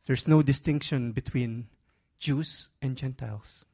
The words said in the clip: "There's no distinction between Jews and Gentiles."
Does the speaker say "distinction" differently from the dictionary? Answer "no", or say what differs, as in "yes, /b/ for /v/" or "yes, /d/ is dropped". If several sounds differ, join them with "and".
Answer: no